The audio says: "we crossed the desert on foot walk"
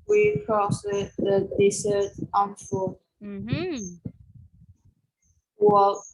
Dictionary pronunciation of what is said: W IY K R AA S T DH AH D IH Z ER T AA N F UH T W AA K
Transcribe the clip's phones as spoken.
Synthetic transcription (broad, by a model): W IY K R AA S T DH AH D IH S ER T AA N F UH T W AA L